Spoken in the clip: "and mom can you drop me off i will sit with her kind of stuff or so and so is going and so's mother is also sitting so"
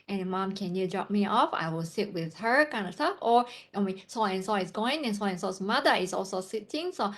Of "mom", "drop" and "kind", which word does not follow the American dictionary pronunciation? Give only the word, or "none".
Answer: none